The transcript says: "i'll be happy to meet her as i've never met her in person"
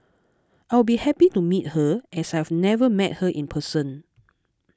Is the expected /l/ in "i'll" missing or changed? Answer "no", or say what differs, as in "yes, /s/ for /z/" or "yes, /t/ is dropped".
yes, /w/ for /l/